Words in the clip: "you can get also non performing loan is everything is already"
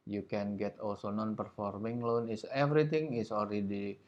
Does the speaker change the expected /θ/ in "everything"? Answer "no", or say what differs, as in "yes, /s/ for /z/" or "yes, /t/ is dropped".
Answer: yes, /t/ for /θ/